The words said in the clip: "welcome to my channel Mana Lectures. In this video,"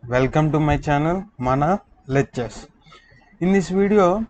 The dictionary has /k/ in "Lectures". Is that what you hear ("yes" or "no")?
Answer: no